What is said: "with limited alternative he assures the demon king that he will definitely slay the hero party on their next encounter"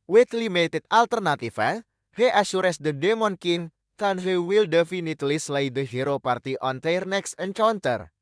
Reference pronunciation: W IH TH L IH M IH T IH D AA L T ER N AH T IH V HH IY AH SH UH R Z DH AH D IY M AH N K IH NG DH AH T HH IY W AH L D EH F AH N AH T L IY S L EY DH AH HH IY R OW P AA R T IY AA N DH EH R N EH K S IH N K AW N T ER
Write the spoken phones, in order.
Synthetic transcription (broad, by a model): W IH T L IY M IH T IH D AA L T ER N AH T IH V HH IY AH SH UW R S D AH D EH M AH N K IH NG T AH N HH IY W AH L D EH F AH N AH T L IY S L EY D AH HH IY R OW P AA R T IY AA N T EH R N EH K S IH N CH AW N T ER